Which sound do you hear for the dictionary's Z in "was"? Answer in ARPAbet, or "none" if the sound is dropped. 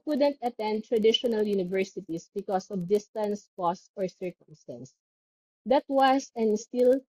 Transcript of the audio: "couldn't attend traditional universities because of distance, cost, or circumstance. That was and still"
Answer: S